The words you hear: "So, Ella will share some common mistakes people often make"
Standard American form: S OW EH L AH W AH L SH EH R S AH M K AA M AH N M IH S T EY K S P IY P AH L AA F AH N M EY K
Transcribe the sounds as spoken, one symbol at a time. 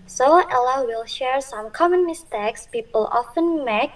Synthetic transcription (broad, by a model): S OW EH L AH W AH L SH EH R S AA M K AA M AH N M IH S T EY K S P IY P AH L AA F AH N M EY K